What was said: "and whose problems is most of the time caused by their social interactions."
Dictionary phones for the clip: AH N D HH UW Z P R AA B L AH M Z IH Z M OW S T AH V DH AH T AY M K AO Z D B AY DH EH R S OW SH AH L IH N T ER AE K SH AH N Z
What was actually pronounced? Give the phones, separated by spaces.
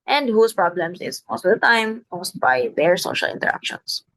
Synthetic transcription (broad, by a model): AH N D HH UW S P R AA B L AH M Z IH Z M OW S T AH V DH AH T AY M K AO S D B AY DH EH R S OW SH AH L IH N T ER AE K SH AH N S